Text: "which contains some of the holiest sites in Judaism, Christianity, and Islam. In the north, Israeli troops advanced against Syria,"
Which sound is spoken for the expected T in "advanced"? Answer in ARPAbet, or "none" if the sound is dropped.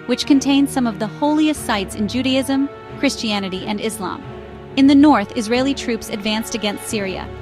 T